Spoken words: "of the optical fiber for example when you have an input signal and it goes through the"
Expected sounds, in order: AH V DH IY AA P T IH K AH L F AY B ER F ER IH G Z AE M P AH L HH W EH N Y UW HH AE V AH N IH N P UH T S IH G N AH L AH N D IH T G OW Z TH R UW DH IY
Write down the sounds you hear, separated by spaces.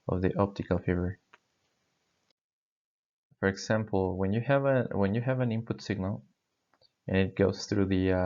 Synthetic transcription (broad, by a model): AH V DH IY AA P T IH K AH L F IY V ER F ER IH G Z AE M P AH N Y W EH N Y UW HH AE V AH N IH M P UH T S IH G N AH L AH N IH T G OW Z TH R UW DH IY